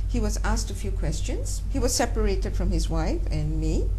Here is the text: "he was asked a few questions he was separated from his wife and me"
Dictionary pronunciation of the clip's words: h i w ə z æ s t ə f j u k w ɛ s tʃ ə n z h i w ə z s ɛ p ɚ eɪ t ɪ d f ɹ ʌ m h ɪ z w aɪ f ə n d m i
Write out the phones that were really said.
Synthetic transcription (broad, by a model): h i w ə z æ s t ə f j u k w ɛ s tʃ ə n z h i w ə z s ɛ p ɚ eɪ t ɪ d f ɹ ʌ m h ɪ z w aɪ f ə n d m i